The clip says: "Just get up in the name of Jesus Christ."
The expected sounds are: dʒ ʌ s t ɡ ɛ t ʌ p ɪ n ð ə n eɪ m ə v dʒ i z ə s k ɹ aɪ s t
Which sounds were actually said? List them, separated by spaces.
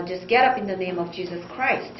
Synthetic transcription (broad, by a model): dʒ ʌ s ɡ ɛ t ʌ p ɪ n ð ə n eɪ m ə v dʒ i z ə s k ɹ aɪ s t